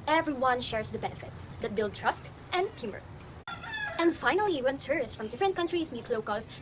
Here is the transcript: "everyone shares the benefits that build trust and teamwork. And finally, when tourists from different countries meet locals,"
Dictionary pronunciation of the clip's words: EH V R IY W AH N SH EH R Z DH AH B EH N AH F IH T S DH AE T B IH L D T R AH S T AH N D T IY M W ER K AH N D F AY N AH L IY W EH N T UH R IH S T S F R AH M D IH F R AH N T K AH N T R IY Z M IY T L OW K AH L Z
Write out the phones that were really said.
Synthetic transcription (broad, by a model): EH V R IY W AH N SH EH R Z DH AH B EH N AH F IH T S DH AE T B IH L D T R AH S T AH N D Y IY M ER AH N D F AY N AH L IY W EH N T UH R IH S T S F R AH M D IH F R AH N T K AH N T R IY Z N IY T L OW K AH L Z